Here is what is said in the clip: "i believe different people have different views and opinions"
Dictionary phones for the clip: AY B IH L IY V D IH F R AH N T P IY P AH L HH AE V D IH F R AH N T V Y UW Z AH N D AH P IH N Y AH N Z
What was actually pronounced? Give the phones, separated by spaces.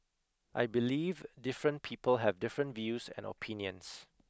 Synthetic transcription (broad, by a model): AY B IH L IY V D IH F R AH N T P IY P AH L HH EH V D IH F R AH N T V Y UW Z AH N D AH P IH N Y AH N S